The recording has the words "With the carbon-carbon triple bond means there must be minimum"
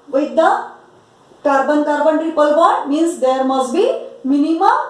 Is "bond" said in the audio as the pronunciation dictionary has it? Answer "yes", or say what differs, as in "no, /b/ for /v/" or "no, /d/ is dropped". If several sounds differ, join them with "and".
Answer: no, /n/ is dropped